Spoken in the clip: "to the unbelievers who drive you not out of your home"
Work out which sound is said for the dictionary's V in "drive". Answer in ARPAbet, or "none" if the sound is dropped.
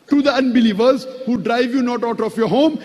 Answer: V